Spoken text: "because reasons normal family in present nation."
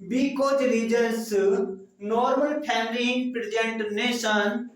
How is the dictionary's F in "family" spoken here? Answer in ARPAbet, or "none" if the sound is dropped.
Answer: P